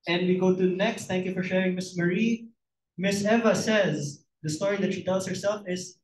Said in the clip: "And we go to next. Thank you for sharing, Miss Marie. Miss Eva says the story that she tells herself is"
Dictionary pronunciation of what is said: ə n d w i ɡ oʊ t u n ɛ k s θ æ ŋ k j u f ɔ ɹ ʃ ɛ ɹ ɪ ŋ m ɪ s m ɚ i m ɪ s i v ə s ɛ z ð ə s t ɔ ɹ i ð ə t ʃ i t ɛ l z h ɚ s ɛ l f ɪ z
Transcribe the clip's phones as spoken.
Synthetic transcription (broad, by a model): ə n d w i ɡ oʊ t u n ɛ k s t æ ŋ k j u f ɔ ɹ ʃ ɛ ɹ ɪ ŋ m ɪ s m ɚ i m ɪ s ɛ v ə s ɛ z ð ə s t ɔ ɹ i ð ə t ʃ i t ɛ l s h ɚ s ɛ l f ɪ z